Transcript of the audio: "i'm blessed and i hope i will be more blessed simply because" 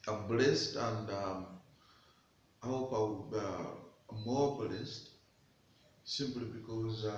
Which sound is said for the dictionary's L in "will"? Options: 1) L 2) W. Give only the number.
2